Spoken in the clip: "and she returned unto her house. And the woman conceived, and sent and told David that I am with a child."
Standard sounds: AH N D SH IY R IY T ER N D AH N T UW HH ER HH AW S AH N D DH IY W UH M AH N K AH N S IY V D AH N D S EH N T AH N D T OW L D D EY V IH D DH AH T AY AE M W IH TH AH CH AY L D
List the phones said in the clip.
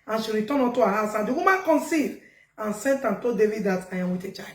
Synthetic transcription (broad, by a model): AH N SH IY R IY T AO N AO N T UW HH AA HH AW S AH N D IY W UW M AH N K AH N S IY D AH N S EH N T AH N T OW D D EY V IH D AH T AY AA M W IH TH AH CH AY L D